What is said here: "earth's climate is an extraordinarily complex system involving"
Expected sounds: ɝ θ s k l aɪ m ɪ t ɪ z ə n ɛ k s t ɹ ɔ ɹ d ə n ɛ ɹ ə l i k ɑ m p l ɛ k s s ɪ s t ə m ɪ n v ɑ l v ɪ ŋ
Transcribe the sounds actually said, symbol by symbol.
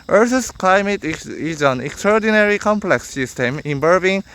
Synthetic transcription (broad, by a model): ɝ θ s k l aɪ m ɪ t ɪ z ə n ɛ k s t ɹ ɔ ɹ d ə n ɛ ɹ i k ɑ m p l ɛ k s s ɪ s t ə m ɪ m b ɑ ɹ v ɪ ŋ